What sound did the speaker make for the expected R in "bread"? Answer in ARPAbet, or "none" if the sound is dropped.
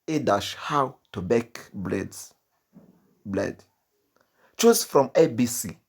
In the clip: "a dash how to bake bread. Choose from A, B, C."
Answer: L